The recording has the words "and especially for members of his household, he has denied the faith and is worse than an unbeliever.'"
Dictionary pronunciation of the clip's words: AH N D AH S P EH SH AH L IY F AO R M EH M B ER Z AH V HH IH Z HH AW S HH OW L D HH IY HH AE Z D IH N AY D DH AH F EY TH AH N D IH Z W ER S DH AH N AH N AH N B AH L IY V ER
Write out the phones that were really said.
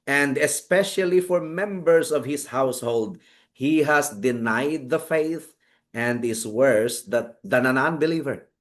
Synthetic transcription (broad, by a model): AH N D AH S P EH SH AH L IY F AO R M EH M B ER S AH V HH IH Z HH AW S HH OW L D HH IY HH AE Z D IH N AY D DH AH F EY TH AH N D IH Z W ER S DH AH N AH N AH N B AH L IY V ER